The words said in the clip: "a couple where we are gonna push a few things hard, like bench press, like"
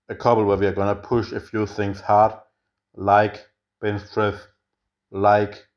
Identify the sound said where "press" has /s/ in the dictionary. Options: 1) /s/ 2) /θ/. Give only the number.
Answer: 2